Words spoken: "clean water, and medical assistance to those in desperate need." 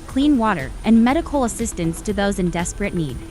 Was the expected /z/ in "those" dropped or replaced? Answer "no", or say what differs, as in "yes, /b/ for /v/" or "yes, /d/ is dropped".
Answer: no